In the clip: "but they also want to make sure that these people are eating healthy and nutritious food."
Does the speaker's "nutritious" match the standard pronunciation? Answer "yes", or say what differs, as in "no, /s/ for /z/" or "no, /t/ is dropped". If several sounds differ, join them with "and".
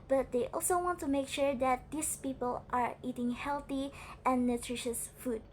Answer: yes